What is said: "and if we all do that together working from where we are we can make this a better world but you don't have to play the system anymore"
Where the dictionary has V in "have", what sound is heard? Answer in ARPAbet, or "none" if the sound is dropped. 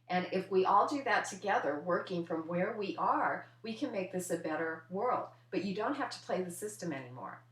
F